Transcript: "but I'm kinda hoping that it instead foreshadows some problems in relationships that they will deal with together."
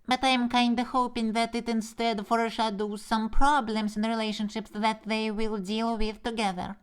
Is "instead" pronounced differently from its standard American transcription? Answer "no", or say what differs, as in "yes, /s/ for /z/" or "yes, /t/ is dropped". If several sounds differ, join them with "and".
no